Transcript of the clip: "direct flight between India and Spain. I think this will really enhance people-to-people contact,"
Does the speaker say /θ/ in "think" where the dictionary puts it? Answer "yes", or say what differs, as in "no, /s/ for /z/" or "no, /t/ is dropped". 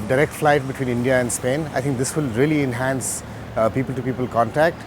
no, /t/ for /θ/